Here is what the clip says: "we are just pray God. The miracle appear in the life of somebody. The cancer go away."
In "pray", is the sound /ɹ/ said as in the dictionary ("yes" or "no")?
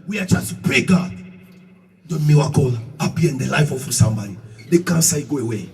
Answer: yes